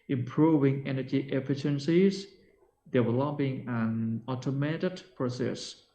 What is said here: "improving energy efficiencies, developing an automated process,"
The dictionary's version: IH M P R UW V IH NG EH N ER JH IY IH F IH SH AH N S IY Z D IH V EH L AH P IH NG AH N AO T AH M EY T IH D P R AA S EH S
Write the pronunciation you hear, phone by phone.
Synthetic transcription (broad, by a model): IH M P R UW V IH NG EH N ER JH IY IH F IH SH AH N S IY Z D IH W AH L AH B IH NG AH N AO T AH M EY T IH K P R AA S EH S